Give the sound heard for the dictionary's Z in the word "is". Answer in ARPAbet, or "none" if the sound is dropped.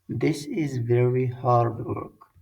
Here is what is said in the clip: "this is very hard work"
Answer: Z